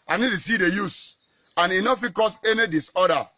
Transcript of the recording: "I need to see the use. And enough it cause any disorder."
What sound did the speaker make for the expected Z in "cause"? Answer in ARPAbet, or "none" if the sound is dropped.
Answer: S